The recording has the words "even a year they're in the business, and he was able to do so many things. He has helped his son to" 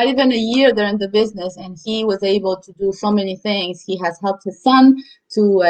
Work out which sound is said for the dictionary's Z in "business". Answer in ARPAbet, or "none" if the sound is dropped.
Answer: Z